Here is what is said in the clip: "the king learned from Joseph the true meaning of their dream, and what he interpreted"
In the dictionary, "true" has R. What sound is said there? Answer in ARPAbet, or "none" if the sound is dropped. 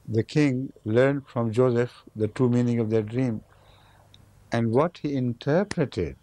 none